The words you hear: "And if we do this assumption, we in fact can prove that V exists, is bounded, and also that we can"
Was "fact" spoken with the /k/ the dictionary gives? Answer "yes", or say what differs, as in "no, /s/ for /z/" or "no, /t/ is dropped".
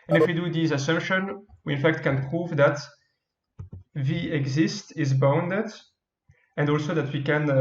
yes